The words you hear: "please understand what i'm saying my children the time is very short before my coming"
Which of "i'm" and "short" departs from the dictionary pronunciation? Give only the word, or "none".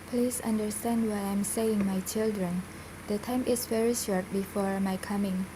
none